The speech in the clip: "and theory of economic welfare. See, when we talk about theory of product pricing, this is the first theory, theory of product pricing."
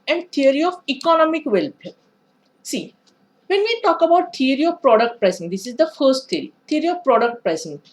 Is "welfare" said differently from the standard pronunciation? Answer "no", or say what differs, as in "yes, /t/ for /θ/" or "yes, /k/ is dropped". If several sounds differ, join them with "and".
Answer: yes, /p/ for /f/